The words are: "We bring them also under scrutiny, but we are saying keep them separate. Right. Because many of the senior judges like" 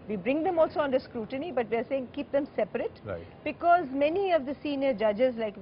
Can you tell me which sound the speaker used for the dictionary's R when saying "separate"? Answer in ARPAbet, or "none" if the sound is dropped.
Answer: none